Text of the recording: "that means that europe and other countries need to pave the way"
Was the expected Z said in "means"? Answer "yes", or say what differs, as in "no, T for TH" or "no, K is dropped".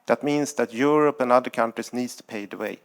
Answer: no, S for Z